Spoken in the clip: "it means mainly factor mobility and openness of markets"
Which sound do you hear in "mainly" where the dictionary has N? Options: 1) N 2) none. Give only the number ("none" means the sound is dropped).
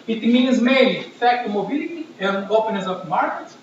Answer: 2